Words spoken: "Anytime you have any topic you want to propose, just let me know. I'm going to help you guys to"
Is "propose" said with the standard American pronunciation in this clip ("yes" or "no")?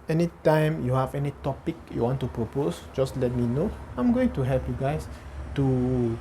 no